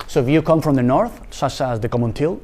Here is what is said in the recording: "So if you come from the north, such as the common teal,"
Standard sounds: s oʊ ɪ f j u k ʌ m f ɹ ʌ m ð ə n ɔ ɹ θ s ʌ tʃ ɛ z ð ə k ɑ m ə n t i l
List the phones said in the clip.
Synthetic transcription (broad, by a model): s oʊ ɪ f j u k ʌ m f ɹ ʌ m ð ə n ɔ ɹ θ s ʌ tʃ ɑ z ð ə k ɑ m ə n t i l